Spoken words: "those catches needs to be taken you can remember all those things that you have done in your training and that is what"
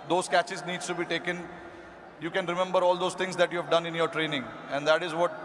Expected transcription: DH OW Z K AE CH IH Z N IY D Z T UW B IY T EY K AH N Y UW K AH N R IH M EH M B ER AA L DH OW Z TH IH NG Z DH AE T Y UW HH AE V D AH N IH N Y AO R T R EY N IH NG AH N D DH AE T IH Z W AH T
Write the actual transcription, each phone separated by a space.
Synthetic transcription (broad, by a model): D OW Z K AE CH IH Z N IY D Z T UW B IY T EY K AH N Y UW K AH N R IH M EH M B ER AA L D OW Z T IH NG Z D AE T Y UW HH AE V D AH N IH N Y AO R T R EY N IH NG AH N D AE T IH Z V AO T